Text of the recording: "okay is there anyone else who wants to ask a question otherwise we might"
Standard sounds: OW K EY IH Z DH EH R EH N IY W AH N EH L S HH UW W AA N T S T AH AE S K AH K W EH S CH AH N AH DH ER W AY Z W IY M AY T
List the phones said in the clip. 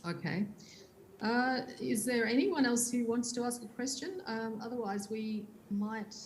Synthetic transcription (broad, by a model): OW K EY IH Z DH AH R EH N IY W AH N EH L S HH UW W AA N T S T AH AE S K AH K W EH S CH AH N AH DH ER W AY Z W IY M AY T